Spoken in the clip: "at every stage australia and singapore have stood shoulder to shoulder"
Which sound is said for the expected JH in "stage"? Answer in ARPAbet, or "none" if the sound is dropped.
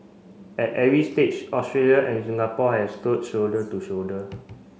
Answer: CH